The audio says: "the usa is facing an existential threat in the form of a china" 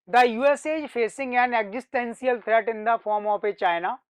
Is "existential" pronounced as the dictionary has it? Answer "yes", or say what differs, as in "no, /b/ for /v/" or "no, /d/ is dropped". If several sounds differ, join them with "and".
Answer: no, /s/ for /ʃ/